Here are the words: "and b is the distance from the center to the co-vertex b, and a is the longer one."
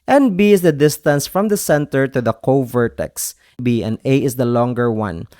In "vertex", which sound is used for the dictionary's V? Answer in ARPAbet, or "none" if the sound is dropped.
V